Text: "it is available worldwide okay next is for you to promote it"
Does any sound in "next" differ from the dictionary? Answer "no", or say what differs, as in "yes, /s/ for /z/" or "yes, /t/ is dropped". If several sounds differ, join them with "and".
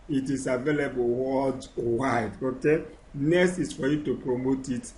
yes, /k/ is dropped